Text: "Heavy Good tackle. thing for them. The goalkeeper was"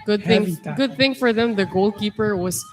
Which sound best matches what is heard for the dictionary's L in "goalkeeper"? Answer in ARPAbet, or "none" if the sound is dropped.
L